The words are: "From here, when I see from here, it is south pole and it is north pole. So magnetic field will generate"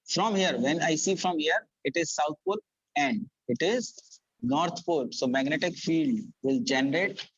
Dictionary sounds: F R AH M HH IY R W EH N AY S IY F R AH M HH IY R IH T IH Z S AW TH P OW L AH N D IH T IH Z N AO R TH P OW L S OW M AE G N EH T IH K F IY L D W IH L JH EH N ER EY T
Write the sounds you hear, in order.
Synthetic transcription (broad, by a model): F R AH M HH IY R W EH N AY S IY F R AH M HH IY R IH T IH Z S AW T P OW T AH N D IH T IH Z N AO R T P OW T S OW M AE G N EH T IH K F IY L D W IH L JH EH N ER EY T